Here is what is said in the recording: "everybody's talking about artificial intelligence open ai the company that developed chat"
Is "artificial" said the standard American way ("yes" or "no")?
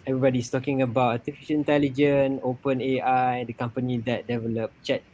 no